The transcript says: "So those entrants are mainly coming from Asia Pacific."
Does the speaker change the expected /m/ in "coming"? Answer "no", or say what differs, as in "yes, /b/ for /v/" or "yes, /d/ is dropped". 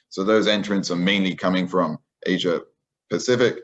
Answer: no